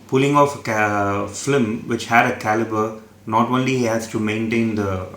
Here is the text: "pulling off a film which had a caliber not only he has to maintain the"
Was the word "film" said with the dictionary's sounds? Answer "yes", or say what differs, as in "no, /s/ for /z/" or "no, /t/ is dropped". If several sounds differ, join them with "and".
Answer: no, /l/ is dropped